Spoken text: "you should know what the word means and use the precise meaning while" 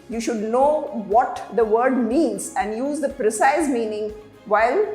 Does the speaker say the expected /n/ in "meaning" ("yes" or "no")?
yes